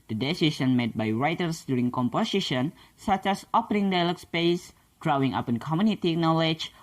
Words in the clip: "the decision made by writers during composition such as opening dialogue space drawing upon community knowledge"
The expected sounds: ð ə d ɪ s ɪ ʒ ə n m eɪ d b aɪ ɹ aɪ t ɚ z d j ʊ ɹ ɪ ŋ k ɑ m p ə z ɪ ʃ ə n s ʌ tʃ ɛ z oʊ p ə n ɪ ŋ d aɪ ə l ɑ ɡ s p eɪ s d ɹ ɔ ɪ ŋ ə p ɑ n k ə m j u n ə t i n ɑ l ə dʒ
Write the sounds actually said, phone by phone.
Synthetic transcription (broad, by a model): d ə d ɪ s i s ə n m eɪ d b aɪ ɹ aɪ t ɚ s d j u ɹ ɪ ŋ k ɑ m p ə s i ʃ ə n s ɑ tʃ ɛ s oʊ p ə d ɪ ŋ d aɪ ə l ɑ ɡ s p eɪ s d ɹ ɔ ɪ ŋ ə p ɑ n k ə m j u n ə t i n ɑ l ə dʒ